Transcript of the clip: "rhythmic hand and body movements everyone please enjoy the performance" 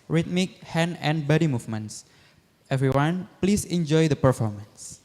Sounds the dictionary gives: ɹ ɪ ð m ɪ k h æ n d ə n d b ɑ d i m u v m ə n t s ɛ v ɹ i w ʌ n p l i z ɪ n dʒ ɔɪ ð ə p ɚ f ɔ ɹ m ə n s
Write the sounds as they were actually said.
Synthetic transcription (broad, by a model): ɹ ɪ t m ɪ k h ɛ n ə n b ɑ d i m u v m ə n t s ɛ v ɹ i w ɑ n p l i s ɪ n dʒ ɔɪ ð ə p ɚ f ɔ ɹ m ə n s